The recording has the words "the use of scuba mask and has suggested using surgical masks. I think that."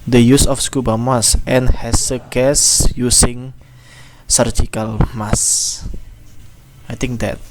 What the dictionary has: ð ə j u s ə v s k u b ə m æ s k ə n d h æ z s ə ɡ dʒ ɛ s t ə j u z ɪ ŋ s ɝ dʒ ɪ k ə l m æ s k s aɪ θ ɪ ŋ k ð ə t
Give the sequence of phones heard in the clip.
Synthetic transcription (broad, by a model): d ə j u s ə f s k u b ə m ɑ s ə n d h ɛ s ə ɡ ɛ s j u s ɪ ŋ s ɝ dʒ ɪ k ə l m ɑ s s aɪ t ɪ ŋ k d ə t